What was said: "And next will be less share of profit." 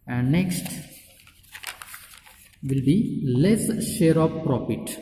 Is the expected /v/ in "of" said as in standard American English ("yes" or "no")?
no